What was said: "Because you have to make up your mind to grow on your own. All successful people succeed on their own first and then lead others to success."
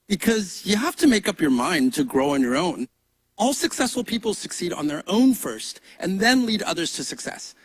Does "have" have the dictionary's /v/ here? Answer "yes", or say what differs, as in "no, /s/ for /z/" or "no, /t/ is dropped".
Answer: no, /f/ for /v/